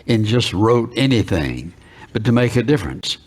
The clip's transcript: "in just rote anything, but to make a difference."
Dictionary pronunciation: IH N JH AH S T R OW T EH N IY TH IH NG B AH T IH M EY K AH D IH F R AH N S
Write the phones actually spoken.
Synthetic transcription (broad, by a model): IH N JH AH S T R OW T EH N IY TH IH NG B AH T IH M EY K AH D IH F R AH N S